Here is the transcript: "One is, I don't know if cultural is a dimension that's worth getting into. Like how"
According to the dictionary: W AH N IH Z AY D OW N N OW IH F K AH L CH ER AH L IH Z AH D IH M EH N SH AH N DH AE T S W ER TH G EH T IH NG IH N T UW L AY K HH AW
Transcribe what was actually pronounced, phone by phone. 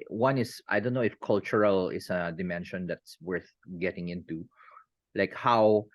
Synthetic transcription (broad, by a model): W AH N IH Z AY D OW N N OW IH F K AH L CH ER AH L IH S AH D IH M EH N SH AH N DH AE T S W ER TH G EH T IH NG IH N T UW L AY K HH AW